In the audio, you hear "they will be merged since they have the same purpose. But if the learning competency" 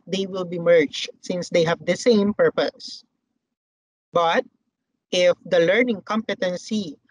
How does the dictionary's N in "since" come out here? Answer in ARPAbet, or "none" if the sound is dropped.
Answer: N